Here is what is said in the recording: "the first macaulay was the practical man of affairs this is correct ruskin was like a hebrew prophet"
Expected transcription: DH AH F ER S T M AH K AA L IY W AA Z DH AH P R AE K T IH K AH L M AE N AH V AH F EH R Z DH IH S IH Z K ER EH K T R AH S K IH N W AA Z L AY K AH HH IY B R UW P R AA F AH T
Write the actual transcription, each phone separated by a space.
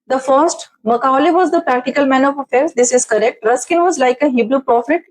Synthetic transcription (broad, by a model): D AH F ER S T M AH K AA L IY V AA Z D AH P R AE K T IH K AH L M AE N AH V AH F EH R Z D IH S IH Z K ER EH K T R AH S K IH N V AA Z L AY K AH HH IY B R UW P R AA F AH T